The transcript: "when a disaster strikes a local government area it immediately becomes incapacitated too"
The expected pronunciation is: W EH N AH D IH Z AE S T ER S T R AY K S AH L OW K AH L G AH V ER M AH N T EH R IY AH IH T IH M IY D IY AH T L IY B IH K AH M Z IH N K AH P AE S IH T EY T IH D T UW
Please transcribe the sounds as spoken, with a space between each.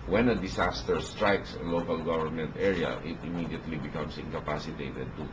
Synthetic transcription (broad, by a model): W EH N AH D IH S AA S T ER S T R AY K S AH L OW K AH L G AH V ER M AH N T EH R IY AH IH T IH M IY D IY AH T L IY B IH K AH M S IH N K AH P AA S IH T EY T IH D T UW